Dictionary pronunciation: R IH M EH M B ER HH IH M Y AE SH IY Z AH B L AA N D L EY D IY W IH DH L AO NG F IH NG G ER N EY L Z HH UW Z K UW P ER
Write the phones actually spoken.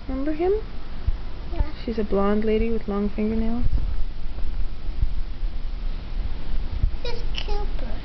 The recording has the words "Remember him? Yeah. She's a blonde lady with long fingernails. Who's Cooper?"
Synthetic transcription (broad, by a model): M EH M B ER HH IH M SH IY Z AH B L AA N D L EY D IY W IH DH L AO NG F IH NG G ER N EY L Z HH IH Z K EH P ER